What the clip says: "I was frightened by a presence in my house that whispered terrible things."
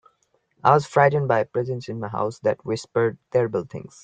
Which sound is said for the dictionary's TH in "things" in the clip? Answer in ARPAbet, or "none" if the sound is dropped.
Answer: T